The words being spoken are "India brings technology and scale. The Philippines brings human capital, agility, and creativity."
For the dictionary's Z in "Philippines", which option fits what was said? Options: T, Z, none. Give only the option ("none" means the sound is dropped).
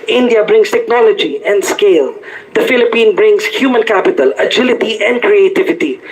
none